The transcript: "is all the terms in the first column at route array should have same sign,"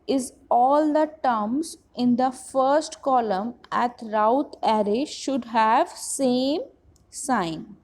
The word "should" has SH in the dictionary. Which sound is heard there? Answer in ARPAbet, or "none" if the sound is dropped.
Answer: SH